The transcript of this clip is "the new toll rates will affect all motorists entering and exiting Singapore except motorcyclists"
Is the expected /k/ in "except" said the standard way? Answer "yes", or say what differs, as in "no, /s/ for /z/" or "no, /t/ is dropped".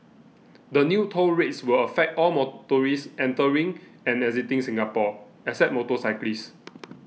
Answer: no, /k/ is dropped